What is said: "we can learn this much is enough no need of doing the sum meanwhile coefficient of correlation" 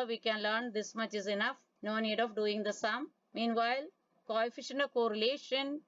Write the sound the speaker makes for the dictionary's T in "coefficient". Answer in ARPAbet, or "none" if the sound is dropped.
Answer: none